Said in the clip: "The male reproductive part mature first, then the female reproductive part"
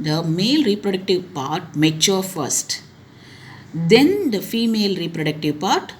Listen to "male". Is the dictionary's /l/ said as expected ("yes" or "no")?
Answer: yes